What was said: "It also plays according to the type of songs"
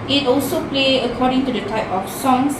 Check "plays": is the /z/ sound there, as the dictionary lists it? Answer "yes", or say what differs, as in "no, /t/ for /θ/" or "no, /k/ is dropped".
no, /z/ is dropped